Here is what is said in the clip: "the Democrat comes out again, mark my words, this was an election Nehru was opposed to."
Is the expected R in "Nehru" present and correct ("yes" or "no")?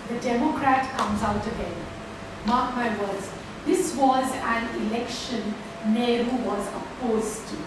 yes